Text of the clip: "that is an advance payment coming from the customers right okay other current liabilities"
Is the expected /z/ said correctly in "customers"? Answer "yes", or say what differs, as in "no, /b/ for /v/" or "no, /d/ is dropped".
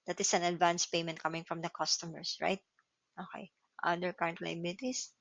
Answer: no, /s/ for /z/